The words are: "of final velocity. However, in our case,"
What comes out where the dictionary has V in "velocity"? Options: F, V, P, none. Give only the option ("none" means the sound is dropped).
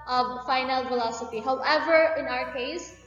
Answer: F